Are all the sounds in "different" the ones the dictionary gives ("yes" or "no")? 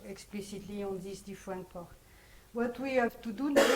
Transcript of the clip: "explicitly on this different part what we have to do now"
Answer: no